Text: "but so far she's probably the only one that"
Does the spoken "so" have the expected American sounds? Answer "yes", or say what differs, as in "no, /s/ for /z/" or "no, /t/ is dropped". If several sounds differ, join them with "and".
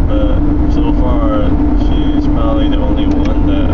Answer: yes